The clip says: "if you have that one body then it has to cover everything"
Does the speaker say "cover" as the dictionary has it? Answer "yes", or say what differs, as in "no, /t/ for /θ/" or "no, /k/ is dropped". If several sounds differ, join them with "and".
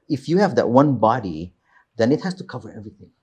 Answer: yes